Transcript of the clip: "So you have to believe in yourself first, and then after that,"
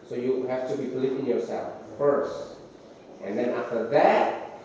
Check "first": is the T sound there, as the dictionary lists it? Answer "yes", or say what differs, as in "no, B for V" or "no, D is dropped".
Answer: yes